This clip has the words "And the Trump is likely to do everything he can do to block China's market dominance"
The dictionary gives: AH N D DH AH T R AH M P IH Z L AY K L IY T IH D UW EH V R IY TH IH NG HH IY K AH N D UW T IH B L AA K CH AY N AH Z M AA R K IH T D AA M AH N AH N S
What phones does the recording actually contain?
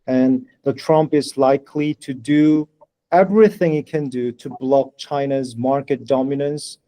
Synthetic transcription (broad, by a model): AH N DH AH T R AH M P IH Z L AY K L IY T IH D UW EH V R IY TH IH NG HH IY K AH N D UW T IH B L AA K CH AY N AH Z M AA R K IH T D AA M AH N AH N S